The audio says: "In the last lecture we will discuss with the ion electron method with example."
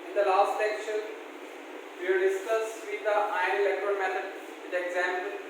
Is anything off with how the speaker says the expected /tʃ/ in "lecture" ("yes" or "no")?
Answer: yes